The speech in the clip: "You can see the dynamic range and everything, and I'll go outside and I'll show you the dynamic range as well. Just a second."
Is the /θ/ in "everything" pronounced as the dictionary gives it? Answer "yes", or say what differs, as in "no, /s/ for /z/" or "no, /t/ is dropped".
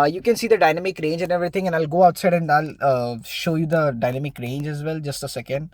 no, /t/ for /θ/